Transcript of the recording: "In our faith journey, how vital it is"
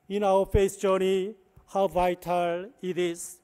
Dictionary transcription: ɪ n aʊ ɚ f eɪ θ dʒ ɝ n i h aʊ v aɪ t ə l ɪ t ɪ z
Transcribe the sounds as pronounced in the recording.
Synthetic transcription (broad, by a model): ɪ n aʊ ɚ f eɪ s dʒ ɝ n i h aʊ v aɪ t ə l ɪ t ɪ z